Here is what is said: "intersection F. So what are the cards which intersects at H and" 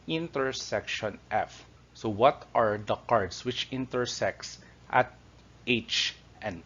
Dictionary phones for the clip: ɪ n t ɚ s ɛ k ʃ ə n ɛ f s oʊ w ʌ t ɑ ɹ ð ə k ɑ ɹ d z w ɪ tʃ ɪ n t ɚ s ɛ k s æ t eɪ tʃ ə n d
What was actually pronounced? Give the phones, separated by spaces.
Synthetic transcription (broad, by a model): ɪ n t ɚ s ɛ k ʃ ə n ɛ f s oʊ w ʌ t ɑ ɹ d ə k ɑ ɹ d s w ɪ tʃ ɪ n t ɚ s ɛ k s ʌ t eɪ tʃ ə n